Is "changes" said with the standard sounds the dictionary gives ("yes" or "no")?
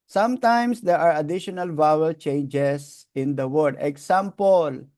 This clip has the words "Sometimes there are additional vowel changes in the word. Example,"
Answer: no